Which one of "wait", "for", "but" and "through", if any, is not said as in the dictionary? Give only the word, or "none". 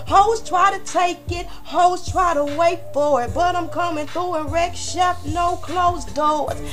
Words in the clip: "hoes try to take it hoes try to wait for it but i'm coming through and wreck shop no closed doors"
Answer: none